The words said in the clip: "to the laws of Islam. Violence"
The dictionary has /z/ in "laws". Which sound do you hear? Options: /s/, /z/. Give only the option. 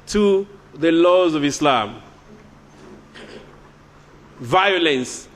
/z/